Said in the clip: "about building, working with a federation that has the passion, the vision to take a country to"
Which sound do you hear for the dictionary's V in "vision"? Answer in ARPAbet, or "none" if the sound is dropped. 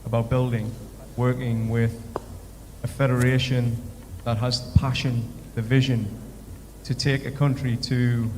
V